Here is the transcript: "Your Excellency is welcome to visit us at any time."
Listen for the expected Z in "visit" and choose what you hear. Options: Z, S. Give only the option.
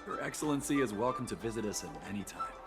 Z